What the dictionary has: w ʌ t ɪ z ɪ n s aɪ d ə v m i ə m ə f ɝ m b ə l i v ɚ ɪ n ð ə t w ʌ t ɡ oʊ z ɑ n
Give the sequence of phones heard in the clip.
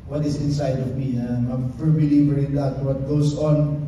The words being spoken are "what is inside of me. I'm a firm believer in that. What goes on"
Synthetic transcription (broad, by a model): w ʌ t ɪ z ɪ n s aɪ d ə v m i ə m ə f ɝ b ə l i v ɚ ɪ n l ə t w ʌ t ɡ oʊ s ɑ n